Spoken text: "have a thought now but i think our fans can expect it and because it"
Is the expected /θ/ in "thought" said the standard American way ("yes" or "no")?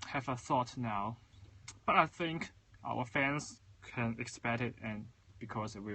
yes